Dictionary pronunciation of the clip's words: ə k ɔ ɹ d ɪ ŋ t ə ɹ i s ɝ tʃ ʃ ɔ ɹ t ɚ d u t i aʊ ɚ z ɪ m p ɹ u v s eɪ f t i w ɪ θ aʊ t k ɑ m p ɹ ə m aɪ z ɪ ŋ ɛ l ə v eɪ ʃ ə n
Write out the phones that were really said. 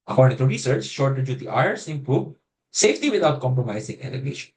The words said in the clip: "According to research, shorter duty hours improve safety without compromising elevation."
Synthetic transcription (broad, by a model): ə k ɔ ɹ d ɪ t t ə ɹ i s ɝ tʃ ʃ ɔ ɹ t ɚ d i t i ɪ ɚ s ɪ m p u b s eɪ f t i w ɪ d aʊ t k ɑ m p ɹ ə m aɪ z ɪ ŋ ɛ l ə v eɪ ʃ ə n